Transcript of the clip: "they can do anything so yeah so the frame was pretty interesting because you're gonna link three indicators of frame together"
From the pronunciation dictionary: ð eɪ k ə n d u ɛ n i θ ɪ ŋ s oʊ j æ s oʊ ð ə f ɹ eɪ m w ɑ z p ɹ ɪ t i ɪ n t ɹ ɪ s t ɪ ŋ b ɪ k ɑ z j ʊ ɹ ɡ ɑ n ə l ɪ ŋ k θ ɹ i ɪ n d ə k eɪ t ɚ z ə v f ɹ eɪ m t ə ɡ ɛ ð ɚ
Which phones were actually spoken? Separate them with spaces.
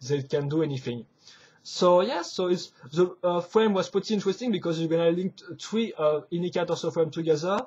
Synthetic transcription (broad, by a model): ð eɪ k ə n d u ɛ n i θ ɪ ŋ s oʊ j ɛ s oʊ ð ə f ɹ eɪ m w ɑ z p ɪ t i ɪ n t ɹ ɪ s t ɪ ŋ b ɪ k ɑ z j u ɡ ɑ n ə l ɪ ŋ k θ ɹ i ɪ n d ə k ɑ t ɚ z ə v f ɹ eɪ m t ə ɡ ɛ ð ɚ